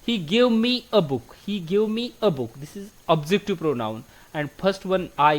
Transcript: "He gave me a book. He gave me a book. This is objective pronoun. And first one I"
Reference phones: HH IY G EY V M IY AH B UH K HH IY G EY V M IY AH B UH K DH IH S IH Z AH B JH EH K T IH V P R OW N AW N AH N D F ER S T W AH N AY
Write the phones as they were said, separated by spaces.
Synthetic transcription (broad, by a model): HH IY G EY V M IY AH B UH K HH IY G EY V M IY AH B UH K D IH S IH Z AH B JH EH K T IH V P R OW N AW N AH N D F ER S T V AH N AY